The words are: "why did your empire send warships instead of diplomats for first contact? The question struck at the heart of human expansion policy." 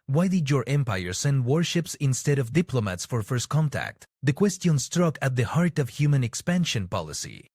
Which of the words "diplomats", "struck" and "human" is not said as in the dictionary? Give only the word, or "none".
none